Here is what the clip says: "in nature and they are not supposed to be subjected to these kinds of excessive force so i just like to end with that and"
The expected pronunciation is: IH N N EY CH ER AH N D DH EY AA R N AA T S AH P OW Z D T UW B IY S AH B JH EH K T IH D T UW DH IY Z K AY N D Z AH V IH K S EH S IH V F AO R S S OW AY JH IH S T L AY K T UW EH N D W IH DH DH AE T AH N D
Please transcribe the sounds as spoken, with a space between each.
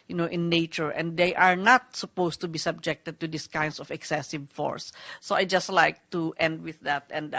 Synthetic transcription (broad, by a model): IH N N EY CH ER AH N D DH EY AA R N AA T S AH P OW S T UW B IY S AH B JH EH K T IH D T UW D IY S K AY N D S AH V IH K S EH S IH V F AO R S S OW AY JH IH S T L AY K T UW EH N D W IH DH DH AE T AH N D